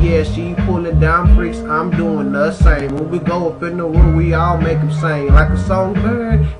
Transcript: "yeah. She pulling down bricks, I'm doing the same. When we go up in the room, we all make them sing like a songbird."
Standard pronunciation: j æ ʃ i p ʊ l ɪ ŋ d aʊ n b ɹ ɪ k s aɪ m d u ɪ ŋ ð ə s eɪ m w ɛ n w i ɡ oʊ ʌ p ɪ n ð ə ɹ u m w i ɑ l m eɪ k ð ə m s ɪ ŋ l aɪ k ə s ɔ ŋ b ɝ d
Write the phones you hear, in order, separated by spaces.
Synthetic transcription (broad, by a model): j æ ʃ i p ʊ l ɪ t d aʊ n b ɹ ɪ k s aɪ m d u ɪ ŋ ð ə s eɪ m w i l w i ɡ oʊ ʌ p ɪ n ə w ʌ w i ɑ l m eɪ k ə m s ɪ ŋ l aɪ k ə s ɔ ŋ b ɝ